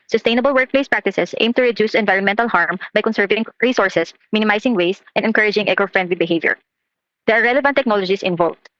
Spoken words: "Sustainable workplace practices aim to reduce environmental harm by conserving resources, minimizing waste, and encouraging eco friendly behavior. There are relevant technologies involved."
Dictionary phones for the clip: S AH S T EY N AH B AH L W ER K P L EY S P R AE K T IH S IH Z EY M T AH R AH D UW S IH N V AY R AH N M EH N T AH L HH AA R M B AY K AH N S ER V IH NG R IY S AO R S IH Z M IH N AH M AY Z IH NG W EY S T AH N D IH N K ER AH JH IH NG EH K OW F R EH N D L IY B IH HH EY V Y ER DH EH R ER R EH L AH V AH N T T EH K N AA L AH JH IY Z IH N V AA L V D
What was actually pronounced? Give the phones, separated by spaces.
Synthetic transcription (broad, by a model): S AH S T EY N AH B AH L W ER K P L EY S P R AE K T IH S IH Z EY M T AH R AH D UW S IH N V AY R AH N M EH N T AH L HH AA R M B AY K AH N S ER V IH NG R IY S AO R S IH S M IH N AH M AY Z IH NG W EY S T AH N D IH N K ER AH JH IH NG EH K OW F R EH N D L IY B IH HH EY V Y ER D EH R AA R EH L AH V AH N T T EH K N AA L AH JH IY S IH N V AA L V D